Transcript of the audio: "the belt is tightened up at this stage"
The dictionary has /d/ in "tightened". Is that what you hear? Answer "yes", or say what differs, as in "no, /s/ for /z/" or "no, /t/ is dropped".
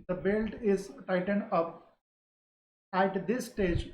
yes